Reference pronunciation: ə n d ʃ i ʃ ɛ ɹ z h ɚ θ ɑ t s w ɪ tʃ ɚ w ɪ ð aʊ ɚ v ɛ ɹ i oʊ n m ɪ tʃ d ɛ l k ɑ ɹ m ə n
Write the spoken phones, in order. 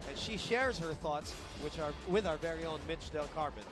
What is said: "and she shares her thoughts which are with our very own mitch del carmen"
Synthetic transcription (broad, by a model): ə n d ʃ i ʃ ɛ ɹ z h ɚ θ ɑ t s w ɪ tʃ ɚ w ɪ ð aʊ ɚ v ɛ ɹ i oʊ n m ɪ tʃ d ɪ l k ɑ ɹ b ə n